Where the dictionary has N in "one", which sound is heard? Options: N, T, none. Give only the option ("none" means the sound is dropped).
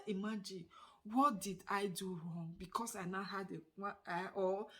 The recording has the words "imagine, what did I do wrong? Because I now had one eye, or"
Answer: none